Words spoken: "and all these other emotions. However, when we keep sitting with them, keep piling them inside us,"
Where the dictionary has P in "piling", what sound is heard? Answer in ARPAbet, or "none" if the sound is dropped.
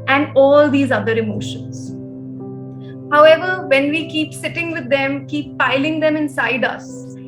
P